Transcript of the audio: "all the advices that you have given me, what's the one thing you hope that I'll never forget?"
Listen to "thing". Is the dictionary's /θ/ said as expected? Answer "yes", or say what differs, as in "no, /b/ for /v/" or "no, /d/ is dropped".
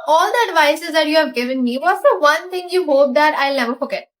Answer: no, /t/ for /θ/